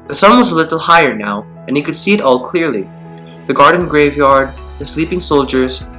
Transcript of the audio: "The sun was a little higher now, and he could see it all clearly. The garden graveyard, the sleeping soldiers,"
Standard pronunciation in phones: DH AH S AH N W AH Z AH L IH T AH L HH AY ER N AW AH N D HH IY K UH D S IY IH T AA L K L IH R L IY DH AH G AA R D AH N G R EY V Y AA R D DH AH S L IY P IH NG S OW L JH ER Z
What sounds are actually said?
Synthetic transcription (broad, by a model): DH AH S AH N W AH Z AH L IH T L HH AY ER N AW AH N HH IY K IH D S IY IH T AA L K L IH R L IY DH AH G AA R D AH N G R EY V Y AA R D DH AH S L IY P IH NG S OW L JH ER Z